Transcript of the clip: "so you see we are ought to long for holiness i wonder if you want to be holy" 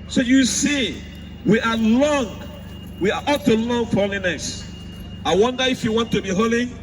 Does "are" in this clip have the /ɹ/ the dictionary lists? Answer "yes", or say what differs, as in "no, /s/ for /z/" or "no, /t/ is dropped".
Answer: no, /w/ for /ɹ/